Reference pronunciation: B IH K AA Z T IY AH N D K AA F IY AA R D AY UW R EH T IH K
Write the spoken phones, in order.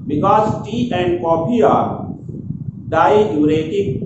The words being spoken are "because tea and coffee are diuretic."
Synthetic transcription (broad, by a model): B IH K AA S T IY AH N D K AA P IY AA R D AY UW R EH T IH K